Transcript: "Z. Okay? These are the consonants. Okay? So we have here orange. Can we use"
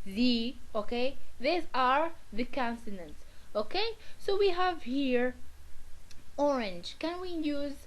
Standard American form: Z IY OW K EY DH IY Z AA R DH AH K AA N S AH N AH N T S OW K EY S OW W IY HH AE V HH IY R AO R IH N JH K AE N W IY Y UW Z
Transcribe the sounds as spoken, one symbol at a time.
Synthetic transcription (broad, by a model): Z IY OW K EY DH IY Z AA R DH AH K AA N S AH N AH N T S OW K EY S OW W IY HH AE V HH IY R AO R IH N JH K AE N W IY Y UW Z